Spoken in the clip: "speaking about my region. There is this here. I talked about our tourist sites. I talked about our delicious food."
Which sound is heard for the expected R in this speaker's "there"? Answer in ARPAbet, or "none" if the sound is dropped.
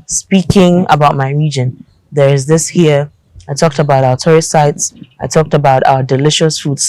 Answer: R